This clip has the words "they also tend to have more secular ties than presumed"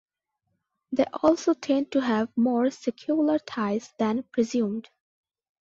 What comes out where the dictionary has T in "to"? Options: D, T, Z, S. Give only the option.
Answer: T